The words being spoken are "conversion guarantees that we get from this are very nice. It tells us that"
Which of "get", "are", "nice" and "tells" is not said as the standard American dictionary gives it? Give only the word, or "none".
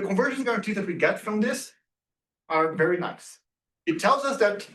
none